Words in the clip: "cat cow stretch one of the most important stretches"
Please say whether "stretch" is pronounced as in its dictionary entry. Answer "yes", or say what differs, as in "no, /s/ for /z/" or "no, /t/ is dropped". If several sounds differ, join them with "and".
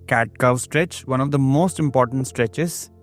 yes